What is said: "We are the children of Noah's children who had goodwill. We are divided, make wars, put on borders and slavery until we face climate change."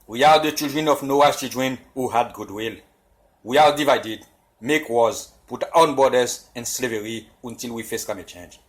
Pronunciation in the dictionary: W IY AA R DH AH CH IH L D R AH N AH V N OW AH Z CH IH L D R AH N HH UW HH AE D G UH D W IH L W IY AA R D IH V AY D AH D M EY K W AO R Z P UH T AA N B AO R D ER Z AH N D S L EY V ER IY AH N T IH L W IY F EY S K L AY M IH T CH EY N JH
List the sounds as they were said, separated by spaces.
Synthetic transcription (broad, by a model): W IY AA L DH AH CH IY L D R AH N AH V N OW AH CH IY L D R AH N HH UW HH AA D G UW D W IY L W IY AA L D IH V AY D AH D M EY K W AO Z P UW T AA N B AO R D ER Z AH N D S L EY V ER IY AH N T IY L W IY F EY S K AY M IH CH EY N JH